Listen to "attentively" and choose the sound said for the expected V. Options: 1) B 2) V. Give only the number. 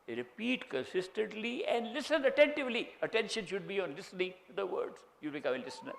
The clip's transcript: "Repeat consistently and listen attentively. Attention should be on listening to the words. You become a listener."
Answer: 2